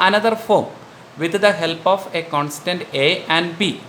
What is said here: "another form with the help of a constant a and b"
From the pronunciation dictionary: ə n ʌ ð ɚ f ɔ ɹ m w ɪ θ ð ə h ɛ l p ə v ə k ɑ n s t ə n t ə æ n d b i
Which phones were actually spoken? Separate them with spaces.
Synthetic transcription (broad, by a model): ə n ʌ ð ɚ f ɔ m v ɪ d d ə h ɛ l p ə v ə k ɑ n s t ə n t ə æ n d b i